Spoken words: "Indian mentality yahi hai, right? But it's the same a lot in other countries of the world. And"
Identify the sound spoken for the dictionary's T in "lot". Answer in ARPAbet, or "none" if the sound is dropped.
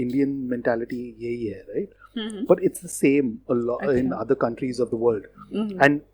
none